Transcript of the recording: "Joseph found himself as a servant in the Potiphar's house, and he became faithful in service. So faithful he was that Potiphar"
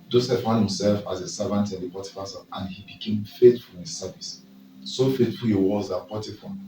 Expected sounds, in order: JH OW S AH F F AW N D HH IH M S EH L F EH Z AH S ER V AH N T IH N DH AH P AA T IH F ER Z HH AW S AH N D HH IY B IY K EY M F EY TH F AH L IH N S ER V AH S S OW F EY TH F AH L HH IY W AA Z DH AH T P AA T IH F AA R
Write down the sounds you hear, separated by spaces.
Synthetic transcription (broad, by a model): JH OW S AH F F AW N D HH IH M S EH L F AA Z AH S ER V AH N T IH N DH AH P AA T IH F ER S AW AH N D HH IY B IY K EY M F EY T F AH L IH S S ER V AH S S OW F EY T F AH L HH IY W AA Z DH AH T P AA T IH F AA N